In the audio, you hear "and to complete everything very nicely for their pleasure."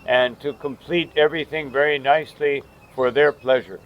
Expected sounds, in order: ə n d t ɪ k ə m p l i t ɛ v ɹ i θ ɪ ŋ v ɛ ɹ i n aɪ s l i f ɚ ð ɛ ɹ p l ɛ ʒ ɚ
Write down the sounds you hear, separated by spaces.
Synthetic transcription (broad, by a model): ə n t ɪ k ə m p l i t ɛ v ɹ i θ ɪ ŋ v ɛ ɹ i n aɪ s l i f ɚ ð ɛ ɹ p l ɛ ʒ ɚ